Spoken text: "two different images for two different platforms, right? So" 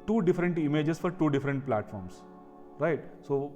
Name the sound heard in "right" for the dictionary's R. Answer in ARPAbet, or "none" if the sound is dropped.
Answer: R